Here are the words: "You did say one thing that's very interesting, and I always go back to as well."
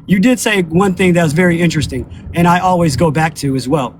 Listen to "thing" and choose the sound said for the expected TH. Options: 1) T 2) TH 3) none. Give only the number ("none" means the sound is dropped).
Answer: 2